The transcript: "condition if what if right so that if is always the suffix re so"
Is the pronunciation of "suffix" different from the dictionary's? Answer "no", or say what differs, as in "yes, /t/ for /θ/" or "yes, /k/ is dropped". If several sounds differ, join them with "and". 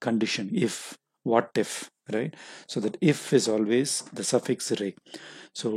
no